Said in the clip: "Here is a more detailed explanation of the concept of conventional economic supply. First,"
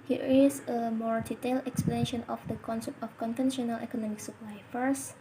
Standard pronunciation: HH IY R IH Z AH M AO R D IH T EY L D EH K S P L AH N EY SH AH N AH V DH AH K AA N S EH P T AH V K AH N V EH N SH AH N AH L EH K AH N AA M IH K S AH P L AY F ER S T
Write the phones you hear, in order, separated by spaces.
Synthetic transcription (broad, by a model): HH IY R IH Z AH M AO R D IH T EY L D EH K S P L AH N EY SH AH N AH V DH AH K AA N S EH P T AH F K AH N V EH N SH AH N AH L EH K AH N AA M IH K S AH P L AY F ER S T